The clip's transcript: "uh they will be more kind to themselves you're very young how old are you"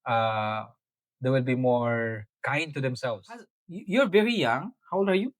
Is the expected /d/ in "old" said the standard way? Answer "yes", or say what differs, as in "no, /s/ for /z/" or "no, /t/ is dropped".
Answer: no, /d/ is dropped